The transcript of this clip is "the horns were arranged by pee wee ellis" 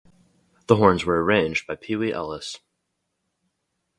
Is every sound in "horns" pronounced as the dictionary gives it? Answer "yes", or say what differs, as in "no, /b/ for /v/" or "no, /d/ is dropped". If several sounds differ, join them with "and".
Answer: yes